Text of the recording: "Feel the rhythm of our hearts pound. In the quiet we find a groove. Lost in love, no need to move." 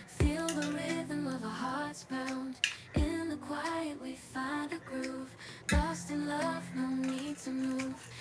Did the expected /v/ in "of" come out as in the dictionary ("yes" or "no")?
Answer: yes